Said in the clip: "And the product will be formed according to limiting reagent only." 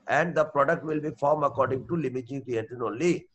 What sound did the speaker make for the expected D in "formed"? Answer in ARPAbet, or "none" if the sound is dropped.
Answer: none